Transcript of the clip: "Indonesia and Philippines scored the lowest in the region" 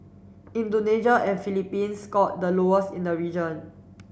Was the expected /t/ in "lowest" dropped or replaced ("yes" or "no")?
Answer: yes